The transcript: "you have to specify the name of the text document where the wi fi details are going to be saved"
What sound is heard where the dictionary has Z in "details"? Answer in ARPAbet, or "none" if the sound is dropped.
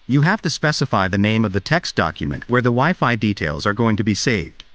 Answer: Z